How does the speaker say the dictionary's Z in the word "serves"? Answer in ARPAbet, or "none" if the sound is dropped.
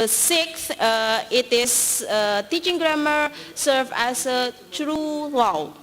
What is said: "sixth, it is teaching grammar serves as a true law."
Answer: none